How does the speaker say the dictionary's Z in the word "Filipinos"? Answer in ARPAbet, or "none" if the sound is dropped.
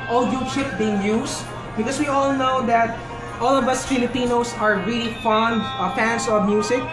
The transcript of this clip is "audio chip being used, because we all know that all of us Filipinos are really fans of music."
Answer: S